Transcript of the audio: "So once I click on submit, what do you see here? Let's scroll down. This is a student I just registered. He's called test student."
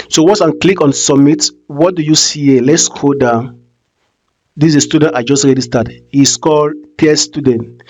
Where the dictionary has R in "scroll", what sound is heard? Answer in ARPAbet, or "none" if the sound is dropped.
none